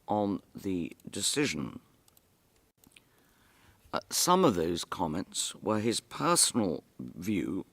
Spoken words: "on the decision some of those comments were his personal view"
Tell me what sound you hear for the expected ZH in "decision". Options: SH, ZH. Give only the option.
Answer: ZH